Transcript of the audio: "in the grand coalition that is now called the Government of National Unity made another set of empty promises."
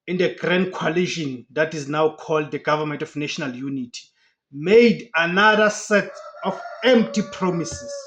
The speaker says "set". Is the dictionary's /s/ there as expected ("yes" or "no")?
yes